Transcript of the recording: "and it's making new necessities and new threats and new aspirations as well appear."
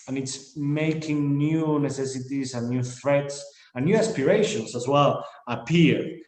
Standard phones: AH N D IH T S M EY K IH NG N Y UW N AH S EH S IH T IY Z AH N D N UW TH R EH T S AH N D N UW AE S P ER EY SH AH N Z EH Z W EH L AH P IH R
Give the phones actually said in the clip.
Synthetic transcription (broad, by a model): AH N IH T S M EY K IH NG N Y UW N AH S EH S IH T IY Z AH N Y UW TH R EH T S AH N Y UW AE S P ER EY SH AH N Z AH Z W EH L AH P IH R